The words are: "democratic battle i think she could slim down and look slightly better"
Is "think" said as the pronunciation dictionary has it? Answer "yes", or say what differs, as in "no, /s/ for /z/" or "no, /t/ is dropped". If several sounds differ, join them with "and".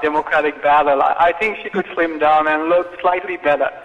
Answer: yes